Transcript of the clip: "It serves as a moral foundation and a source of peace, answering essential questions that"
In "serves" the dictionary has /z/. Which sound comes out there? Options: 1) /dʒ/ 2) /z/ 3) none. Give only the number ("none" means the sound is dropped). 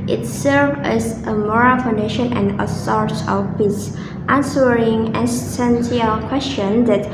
3